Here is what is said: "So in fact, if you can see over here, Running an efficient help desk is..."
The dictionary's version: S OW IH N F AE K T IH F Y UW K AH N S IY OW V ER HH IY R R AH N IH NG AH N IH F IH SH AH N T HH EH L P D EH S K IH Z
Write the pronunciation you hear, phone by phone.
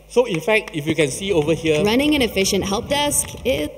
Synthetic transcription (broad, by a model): S OW IH N F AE K T IH F Y UW K AH N S IY OW V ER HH IY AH R AH N IH NG AH N IH F IH SH AH N T HH EH L P D EH S K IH